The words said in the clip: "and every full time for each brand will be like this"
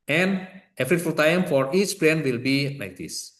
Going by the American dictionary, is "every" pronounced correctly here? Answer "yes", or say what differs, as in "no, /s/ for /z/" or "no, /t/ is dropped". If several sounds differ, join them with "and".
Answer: no, /f/ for /v/